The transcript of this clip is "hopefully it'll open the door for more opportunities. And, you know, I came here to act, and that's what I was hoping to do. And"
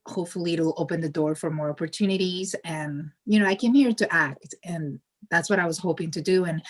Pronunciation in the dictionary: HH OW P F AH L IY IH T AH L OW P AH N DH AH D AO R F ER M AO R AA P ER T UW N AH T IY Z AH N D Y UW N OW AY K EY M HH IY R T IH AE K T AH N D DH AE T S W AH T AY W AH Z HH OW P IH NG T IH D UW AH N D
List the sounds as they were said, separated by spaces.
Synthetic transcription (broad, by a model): HH OW P F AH L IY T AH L OW P AH N DH AH D AO R F ER M AO R AA P ER T UW N AH T IY Z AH N Y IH N OW AY K EY M HH IY R T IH AE K T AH N DH AE T S W AH T AY W AH Z HH OW P IH NG T IH D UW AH N